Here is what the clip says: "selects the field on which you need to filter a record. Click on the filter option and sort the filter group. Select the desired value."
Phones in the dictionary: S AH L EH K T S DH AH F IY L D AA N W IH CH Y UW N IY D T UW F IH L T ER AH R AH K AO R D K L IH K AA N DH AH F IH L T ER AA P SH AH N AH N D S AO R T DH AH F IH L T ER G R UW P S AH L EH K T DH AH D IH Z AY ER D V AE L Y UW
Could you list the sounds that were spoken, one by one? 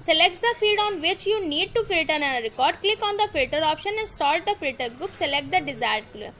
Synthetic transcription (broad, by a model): S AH L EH K T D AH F IY D AA N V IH CH Y UW N IY D T UW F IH L T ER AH R AH K AO R D K L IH K AA N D AH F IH L T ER AA P SH AH N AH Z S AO L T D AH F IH L T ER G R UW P S AH L EH K T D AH D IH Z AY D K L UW